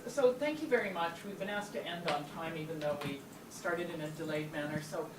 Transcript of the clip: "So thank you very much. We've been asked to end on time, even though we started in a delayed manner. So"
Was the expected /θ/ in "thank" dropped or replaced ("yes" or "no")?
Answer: no